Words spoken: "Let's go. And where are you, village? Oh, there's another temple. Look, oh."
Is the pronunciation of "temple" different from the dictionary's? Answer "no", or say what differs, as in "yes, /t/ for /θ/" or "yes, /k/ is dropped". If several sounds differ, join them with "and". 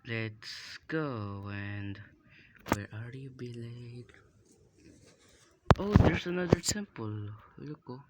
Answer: yes, /s/ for /t/